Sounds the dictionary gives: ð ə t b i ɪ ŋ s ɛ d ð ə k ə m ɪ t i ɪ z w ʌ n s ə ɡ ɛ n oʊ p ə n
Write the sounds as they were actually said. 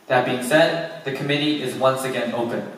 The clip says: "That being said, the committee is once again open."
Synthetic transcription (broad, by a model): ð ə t b i ɪ ŋ s ɛ d ð ə k ə m ɪ t i ɪ z w ʌ n s ə ɡ ɛ n oʊ p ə n